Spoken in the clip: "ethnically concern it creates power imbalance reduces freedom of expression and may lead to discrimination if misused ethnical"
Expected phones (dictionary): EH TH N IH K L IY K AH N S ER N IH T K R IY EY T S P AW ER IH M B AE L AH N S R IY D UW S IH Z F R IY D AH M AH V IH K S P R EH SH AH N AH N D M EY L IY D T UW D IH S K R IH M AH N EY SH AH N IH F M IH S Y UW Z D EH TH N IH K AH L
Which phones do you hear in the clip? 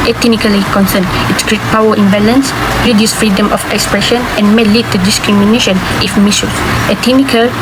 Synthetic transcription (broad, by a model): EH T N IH K L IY K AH N S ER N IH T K R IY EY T P AW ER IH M B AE L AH N S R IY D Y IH S F R IY D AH M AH F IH K S P R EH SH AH N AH N M EY L IY D T UW D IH S K R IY M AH N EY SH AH N IH F M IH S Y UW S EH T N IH K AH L